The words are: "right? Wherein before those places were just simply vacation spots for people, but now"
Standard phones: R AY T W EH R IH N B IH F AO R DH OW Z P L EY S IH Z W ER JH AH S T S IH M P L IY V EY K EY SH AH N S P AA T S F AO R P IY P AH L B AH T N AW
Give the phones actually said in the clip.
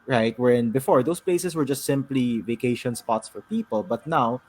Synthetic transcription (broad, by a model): R AY T W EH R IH N B IH F AO R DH OW S P L EY S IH S W ER JH AH S T S IH M P L IY V EY K EY SH AH N S P AA T S F AO R P IY P AH L B AH T N AW